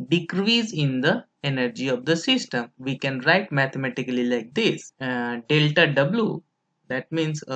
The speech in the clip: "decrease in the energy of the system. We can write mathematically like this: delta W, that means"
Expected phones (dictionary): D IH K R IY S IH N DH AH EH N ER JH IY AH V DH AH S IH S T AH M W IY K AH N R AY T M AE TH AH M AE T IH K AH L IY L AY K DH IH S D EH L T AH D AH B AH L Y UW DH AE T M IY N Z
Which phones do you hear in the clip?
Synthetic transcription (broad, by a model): D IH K R IY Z IH N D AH EH N ER JH IY AH V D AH S IH S T AH M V IY K AH N R AY T M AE T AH M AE T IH K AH L IY L AY K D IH S D EH L T AH D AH B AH L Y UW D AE T M IY N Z